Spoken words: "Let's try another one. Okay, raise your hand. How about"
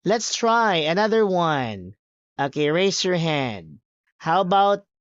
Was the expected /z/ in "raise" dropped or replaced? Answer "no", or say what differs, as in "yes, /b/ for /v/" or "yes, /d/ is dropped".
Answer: yes, /s/ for /z/